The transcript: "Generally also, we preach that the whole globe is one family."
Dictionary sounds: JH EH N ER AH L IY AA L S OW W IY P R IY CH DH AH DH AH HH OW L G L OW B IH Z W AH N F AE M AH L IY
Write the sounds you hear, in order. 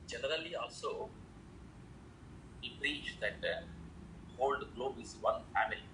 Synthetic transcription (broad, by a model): JH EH N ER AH L IY AA L S OW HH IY P R IY CH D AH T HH OW L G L OW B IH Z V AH N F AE M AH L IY